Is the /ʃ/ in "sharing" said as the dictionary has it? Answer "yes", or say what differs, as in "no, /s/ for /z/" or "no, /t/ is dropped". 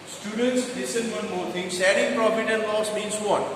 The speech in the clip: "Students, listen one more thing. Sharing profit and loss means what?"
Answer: no, /s/ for /ʃ/